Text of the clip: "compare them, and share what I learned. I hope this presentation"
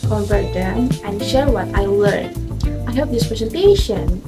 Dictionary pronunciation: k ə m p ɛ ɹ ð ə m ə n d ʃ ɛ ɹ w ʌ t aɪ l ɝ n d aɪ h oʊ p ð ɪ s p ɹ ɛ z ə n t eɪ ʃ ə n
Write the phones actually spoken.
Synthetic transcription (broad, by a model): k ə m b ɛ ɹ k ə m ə n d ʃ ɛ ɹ w ʌ t aɪ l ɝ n aɪ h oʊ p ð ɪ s p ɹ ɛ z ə n t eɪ ʃ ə n